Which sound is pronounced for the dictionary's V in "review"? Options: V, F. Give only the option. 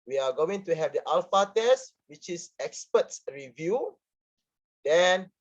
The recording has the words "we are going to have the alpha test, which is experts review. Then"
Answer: V